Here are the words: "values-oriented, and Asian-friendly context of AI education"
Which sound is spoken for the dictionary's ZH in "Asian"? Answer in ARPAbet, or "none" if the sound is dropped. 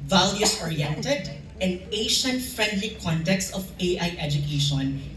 SH